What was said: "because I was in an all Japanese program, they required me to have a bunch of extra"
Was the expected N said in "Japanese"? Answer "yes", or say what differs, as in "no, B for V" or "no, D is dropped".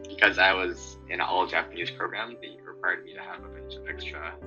yes